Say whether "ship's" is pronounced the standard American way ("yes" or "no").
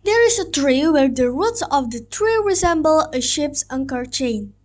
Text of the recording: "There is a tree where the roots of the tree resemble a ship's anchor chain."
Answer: yes